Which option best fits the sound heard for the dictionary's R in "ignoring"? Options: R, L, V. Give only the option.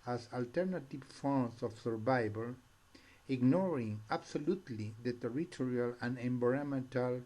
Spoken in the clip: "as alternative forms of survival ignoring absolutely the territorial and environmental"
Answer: R